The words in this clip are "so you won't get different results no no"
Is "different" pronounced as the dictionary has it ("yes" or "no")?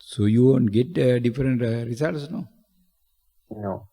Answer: yes